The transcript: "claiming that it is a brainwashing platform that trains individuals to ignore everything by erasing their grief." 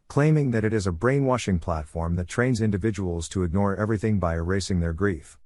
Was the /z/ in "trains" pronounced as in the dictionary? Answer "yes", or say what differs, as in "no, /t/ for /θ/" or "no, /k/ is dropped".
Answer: yes